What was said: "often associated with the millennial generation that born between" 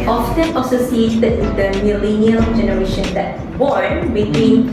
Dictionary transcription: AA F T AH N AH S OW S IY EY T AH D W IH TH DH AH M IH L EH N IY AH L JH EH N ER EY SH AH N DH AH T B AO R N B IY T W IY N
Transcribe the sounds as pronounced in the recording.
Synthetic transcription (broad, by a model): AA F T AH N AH S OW S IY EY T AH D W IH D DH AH M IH L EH N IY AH L JH EH N ER EY SH AH N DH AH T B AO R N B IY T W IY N